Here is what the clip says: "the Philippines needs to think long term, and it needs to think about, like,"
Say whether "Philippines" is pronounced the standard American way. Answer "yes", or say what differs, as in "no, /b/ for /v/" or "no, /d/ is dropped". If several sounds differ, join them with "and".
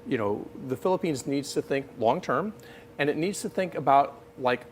yes